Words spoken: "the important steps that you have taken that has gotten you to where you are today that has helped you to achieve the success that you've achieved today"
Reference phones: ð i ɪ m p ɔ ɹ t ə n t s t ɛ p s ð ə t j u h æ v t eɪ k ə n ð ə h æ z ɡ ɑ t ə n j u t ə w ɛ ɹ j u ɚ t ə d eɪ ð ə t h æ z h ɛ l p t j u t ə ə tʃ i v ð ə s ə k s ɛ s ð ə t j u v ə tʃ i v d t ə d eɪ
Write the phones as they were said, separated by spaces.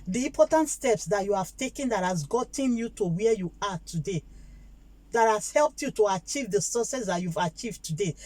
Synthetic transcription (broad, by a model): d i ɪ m p ɔ t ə n t s t ɛ p s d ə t j u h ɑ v t eɪ k ə n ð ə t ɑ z ɡ ɑ t ə n j u t ə w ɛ j u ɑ t ə d eɪ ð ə t h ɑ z h ɛ l p t j u t ə ə tʃ i v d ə s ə s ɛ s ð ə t j u v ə tʃ i v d t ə d eɪ